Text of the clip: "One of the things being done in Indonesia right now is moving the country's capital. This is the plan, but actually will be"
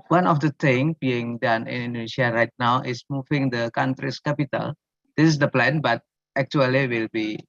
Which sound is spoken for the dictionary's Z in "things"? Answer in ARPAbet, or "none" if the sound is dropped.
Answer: none